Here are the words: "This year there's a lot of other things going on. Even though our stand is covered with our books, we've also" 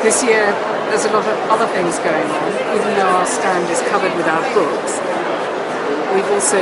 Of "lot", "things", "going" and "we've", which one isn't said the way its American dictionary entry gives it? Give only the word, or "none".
none